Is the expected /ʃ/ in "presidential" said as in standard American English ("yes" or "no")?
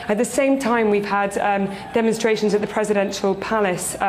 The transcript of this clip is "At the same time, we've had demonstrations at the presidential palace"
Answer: yes